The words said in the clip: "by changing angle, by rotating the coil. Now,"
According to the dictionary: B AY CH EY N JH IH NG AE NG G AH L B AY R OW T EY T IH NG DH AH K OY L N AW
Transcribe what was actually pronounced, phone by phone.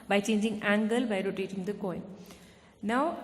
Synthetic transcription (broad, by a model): B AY CH EY N JH IH NG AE NG G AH L B AY R OW T EY T IH NG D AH K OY N N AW